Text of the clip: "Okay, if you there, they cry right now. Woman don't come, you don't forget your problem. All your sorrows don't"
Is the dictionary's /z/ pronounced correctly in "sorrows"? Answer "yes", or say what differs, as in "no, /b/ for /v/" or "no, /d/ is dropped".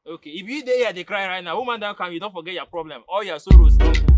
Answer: no, /z/ is dropped